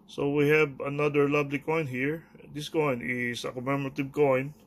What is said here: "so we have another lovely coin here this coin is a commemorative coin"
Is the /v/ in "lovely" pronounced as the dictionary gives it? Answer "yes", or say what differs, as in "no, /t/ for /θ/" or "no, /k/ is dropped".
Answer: no, /b/ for /v/